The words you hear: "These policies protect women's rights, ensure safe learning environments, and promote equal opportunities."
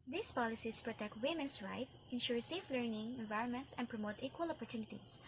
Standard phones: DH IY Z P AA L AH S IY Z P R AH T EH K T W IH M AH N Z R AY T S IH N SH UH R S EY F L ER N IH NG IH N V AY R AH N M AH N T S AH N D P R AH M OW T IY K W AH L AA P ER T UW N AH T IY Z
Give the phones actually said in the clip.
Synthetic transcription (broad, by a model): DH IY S P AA L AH S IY S P R AH T EH K T W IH M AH N S R AY T IH N SH UH R S EY F L ER N IH NG IH N V AY R AH N M AH N T S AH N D P R AH M OW T IY K W AH L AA P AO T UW N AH T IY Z